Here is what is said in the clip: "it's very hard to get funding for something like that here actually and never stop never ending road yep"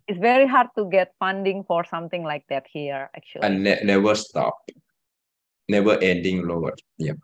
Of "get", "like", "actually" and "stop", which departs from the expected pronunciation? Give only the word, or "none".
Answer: actually